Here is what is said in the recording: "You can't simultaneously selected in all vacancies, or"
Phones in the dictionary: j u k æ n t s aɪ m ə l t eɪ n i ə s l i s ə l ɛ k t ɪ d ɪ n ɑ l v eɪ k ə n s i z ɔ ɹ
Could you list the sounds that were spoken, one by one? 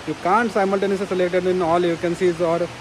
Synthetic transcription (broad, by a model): j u k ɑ n t s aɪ m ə l t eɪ n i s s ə l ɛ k t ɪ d ɪ n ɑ l f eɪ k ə n s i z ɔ ɹ